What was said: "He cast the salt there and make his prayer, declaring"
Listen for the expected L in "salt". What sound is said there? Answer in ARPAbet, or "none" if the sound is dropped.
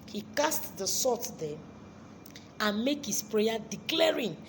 none